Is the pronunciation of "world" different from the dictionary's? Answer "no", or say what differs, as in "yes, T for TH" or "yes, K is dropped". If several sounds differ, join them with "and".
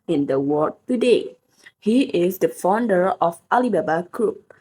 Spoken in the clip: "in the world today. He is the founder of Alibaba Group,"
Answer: yes, L is dropped